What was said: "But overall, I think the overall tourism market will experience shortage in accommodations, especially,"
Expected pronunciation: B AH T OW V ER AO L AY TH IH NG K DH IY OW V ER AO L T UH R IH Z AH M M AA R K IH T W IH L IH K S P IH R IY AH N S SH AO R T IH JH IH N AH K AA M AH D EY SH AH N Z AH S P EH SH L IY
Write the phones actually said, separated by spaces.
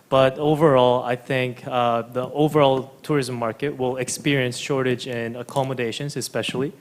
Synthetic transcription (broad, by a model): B AH T OW V ER AO L AY TH IH NG K DH IY OW V ER AO L T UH R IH Z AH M M AA R K IH T W IH L IH K S P IH R IY AH N S SH AO R T IH JH IH N AH K AA M AH D EY SH AH N Z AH S P EH SH L IY